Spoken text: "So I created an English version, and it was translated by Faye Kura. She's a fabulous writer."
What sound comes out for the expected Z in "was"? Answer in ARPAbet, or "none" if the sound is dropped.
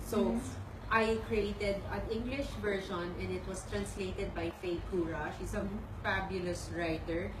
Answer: S